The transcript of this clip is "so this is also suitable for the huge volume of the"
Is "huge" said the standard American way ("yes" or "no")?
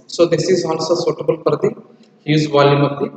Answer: no